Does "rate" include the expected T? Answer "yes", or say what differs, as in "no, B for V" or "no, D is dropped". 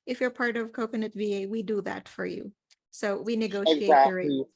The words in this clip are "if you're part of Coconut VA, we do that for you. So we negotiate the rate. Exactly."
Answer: no, T is dropped